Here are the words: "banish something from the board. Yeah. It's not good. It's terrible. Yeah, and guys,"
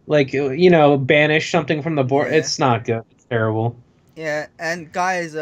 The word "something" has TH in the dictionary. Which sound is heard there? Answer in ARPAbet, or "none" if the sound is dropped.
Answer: TH